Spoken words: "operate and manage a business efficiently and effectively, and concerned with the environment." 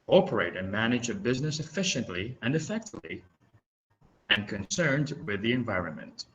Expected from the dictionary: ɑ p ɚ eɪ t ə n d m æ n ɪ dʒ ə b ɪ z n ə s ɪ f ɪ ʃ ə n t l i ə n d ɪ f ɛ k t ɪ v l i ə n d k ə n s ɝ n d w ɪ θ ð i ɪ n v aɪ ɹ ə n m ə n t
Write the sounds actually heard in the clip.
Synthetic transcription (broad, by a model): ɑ p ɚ eɪ t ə n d m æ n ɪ dʒ ə b ɪ z n ə s ɪ f ɪ ʃ ə n t l i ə n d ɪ f ɛ k t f l i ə n k ə n s ɝ n d w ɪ ð i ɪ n v aɪ ɹ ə n m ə n t